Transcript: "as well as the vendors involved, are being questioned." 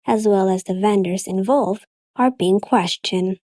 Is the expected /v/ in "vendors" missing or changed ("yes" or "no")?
no